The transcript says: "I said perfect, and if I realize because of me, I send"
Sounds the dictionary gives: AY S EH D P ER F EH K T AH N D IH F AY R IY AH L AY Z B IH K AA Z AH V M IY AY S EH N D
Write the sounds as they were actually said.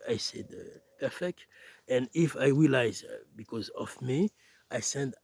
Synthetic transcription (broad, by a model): AY S EH D P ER F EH K T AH N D IH F AY R IY AH L AY Z B IH K AA Z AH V M IY AY S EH N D